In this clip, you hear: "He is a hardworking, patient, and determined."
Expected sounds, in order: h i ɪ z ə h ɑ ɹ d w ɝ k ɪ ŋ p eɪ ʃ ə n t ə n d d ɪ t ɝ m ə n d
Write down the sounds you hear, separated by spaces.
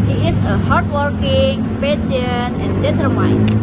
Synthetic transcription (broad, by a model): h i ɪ s ə h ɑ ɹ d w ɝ k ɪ ŋ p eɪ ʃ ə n ə n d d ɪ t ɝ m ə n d